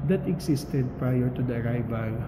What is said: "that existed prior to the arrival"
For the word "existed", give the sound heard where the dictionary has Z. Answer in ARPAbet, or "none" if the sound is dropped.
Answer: S